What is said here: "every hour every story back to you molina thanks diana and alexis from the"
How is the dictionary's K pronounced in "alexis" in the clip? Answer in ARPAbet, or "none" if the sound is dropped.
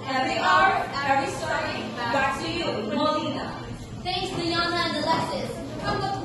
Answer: none